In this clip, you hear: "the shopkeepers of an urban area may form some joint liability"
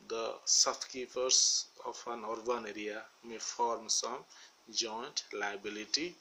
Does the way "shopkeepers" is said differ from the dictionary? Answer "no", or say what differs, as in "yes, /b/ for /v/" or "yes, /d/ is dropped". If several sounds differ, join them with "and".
yes, /s/ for /ʃ/ and /s/ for /z/